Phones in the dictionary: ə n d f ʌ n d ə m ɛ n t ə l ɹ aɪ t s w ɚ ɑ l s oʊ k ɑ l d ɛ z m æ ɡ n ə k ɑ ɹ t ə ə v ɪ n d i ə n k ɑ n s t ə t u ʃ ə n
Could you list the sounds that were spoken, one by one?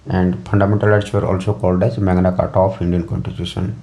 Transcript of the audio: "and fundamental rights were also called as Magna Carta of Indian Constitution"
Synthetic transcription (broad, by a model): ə n d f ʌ n d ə m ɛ n t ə l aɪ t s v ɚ ɑ l s oʊ k ɑ l d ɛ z m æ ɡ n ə k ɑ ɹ t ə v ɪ n d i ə n k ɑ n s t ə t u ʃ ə n